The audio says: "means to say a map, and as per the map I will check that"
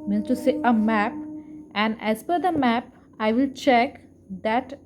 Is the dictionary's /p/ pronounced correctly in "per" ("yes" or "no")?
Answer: no